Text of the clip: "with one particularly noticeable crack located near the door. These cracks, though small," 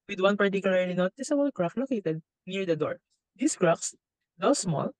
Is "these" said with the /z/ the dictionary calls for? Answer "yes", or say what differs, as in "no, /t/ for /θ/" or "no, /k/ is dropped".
no, /s/ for /z/